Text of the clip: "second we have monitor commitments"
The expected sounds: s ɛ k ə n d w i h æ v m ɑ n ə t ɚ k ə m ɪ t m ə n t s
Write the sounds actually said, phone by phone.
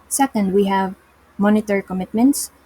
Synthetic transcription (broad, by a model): s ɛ k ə n d w i h æ v m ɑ n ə t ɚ k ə m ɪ t m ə n t s